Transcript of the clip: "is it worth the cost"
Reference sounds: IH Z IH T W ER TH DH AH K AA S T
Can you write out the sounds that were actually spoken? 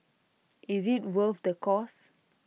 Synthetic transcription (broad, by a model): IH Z IH T W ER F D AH K AA S